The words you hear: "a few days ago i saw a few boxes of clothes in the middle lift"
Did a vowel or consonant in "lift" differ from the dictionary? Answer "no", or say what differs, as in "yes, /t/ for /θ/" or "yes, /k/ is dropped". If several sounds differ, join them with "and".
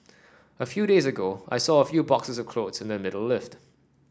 no